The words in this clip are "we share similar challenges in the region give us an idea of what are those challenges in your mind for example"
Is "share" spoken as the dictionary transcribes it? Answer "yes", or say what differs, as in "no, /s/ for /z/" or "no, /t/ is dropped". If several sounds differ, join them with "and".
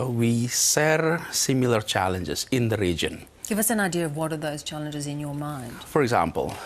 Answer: no, /s/ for /ʃ/